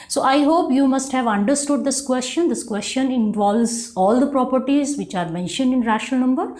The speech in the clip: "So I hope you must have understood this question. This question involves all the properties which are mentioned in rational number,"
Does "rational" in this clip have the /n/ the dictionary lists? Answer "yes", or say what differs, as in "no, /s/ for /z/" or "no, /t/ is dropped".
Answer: no, /n/ is dropped